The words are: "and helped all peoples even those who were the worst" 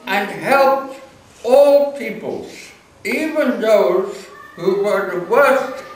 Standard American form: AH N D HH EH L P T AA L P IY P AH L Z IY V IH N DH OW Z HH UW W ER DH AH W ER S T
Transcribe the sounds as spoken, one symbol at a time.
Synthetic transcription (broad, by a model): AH N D HH EH L P T AA L P IY P AH L Z IY V IH N DH OW Z HH UW W ER DH AH W ER S T